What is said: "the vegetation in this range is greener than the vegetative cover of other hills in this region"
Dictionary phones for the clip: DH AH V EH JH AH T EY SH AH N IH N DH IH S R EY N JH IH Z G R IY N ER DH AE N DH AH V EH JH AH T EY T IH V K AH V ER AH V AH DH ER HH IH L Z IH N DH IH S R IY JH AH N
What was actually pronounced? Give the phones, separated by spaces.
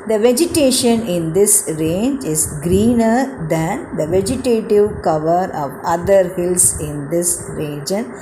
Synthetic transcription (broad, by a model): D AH V EH JH AH T EY SH AH N IH N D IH S R EY N JH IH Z G R IY N ER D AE N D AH V EH JH AH T EY T IH V K AH V ER AH V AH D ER HH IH L S IH N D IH S R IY JH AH N